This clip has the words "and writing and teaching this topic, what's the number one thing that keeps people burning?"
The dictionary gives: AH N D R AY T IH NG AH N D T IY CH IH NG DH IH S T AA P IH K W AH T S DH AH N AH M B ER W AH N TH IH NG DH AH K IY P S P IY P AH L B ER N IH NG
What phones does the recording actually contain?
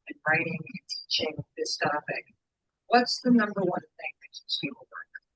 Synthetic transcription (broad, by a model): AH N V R AY T IH NG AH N T IY CH IH NG DH IH S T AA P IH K W AH T S DH AH N AH M B ER W AH N TH IH NG DH AH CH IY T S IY AH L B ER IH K